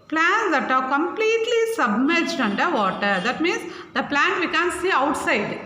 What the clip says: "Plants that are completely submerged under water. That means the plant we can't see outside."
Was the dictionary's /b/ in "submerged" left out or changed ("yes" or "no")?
no